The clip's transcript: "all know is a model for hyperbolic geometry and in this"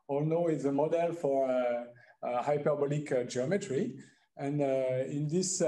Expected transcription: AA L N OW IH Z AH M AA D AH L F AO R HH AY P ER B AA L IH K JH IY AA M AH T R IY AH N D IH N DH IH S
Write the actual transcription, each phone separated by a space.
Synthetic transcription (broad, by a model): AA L N OW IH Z AH M AA D AH L F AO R HH AY P ER B AA L IH K JH IY AA M AH T R IY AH N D IH N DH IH S